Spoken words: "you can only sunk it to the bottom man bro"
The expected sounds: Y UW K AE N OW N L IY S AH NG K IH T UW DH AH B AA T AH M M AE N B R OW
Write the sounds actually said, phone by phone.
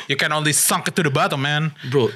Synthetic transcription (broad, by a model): Y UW K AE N OW N L IY S AH NG K IH T UW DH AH B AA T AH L M AE N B R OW